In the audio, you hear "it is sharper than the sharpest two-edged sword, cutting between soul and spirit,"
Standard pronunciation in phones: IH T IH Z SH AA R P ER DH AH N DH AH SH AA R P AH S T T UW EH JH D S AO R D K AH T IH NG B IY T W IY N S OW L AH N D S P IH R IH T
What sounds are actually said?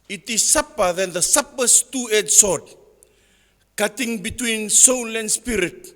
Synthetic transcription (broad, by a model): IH T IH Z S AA P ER DH AH N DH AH S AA P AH S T T UW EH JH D S AO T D K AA T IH NG B IY T W IY N S OW L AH N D S P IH R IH T